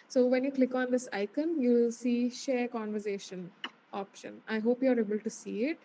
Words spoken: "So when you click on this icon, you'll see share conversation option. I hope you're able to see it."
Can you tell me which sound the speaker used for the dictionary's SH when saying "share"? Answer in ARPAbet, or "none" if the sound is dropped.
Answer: SH